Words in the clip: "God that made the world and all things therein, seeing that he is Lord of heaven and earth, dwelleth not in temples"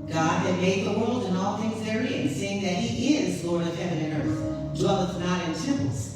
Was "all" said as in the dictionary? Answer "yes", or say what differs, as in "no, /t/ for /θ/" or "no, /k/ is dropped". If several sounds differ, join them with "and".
yes